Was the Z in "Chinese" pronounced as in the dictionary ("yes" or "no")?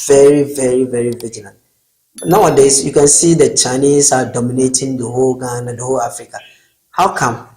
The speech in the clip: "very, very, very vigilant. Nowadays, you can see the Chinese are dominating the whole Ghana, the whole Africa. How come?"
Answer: no